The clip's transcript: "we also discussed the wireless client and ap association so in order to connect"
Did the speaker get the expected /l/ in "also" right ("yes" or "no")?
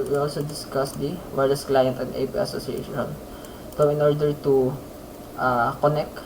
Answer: yes